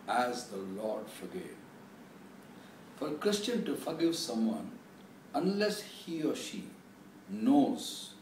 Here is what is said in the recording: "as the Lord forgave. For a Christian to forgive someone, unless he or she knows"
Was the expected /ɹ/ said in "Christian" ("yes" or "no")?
yes